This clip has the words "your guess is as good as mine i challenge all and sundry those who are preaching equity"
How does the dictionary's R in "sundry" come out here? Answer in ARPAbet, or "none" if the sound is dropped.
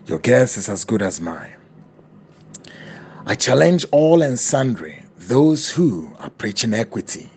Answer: R